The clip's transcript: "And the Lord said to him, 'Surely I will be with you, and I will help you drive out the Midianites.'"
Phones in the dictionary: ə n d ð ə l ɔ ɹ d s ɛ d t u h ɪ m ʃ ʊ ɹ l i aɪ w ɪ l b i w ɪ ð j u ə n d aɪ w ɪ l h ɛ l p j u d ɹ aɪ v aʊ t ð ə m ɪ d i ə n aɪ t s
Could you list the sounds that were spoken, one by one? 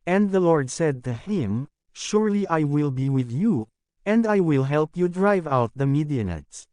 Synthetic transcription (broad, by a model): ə n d ð ə l ɔ ɹ d s ɛ d t u h ɪ m ʃ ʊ ɹ l i aɪ w ɪ l b i w ɪ ð j u ə n d aɪ w ɪ l h ɛ l p j u d ɹ aɪ v aʊ t ð ə m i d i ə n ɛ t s